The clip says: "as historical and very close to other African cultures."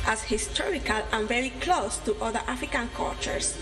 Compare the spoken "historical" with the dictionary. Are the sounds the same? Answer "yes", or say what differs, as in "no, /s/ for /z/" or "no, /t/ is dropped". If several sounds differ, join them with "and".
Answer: yes